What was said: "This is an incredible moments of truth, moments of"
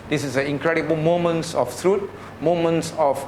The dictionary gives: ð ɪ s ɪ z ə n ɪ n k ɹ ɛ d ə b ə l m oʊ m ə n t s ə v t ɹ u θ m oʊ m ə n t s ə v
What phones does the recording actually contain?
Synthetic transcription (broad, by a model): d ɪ s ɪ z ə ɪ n k ɹ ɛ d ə b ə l m oʊ m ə n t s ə f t ɹ u t m oʊ m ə n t s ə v